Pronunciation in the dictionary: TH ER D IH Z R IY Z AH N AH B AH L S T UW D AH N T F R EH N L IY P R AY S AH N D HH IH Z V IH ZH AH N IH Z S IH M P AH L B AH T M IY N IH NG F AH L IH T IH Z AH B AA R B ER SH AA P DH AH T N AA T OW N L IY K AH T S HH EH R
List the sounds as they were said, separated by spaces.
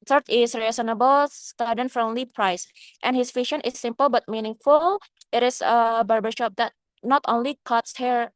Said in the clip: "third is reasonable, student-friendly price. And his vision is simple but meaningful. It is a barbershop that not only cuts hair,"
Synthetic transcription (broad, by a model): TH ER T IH S R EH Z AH N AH B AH L S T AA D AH N F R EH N L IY P R AY S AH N HH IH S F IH SH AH N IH S IH M P AH L B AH T M IY N IH NG F AH L IH T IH S AH B AA R B ER SH AA P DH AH T N AA T OW N L IY K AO T S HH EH R